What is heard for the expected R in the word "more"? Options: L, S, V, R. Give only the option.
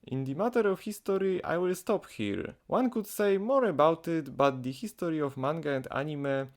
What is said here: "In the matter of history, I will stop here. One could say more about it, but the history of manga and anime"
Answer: R